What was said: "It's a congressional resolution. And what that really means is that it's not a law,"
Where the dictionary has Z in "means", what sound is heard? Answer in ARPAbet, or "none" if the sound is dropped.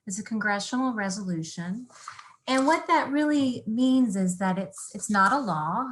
Z